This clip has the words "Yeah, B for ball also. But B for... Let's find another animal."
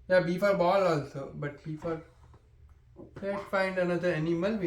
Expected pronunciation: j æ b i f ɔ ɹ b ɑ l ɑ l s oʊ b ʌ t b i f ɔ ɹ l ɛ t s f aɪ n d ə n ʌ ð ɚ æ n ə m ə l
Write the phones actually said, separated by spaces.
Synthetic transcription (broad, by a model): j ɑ b i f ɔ ɹ b ɑ l ɑ l s oʊ b ʌ t b i f ɔ ɹ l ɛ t f aɪ n d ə n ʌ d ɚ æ n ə m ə l